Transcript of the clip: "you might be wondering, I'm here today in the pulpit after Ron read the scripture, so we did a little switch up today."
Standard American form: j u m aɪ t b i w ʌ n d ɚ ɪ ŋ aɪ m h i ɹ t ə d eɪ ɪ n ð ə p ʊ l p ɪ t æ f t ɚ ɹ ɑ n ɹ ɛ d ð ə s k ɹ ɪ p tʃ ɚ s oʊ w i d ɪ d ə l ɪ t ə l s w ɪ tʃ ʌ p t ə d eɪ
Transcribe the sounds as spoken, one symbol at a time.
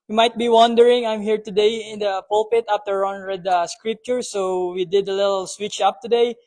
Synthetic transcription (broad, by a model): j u m aɪ t b i w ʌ n d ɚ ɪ ŋ aɪ m h i ɹ t ə d eɪ ɪ n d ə p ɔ l p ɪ t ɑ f t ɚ ɹ ɑ n ɹ ɛ d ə s k ɹ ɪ p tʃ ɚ s oʊ w i d ɪ d ə l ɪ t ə l s w ɪ tʃ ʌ p t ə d eɪ